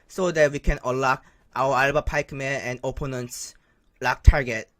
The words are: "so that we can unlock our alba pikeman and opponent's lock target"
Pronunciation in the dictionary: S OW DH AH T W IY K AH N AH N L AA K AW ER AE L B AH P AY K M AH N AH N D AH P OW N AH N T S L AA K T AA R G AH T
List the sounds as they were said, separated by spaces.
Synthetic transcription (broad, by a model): S OW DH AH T W IY K AH N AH L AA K AW ER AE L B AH P AY K M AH AH N D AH P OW N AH N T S L AA K T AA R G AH T